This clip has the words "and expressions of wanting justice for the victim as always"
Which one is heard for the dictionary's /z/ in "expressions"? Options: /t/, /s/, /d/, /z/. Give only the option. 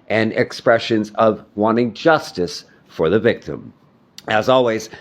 /z/